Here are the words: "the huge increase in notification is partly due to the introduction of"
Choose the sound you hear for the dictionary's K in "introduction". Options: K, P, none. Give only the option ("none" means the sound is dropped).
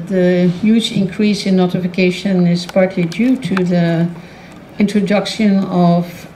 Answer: K